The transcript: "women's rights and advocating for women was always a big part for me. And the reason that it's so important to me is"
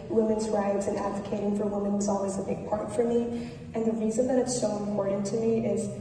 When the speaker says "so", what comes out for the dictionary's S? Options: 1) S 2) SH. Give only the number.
2